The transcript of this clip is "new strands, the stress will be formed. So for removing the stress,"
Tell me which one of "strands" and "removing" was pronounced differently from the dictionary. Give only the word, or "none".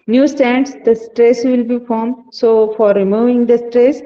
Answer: strands